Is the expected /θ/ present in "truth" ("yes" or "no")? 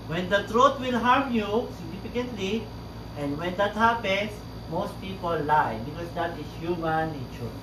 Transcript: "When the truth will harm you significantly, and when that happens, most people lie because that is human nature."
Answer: no